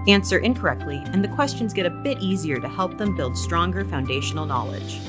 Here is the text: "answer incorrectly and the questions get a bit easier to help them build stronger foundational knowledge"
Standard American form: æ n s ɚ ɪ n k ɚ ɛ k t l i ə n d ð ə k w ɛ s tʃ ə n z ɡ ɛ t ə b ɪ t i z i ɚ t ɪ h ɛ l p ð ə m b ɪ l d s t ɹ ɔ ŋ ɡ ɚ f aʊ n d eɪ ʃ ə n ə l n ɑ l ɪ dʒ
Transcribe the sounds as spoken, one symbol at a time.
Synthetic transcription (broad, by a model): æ n s ɚ ɪ n k ɚ ɛ k t l i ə n ð ə k w ɛ s tʃ ə n z ɡ ɛ t ə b ɪ t i z i ɚ t ɪ h ɛ l p ð ə m b ɪ l d s t ɹ ɔ ŋ ɡ ɚ f aʊ n d eɪ ʃ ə n l n ɑ l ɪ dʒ